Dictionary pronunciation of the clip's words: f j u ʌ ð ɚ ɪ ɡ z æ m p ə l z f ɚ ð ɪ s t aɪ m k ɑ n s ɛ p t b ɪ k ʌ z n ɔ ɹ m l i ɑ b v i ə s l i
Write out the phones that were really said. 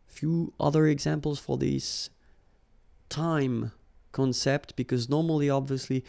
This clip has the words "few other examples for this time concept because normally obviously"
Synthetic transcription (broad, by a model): f j u ʌ ð ɚ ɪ ɡ z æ m p l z f ɚ ð ɪ s t aɪ m k ɑ n s ɛ p t b ɪ k ʌ z n ɔ ɹ m l i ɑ b v i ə s l i